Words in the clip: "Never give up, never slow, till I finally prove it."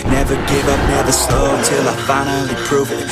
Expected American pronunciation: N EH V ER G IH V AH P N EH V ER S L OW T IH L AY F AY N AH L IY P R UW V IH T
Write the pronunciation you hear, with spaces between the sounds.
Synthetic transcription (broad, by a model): N EH V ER G IH V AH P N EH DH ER S OW T IH L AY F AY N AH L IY P R UW V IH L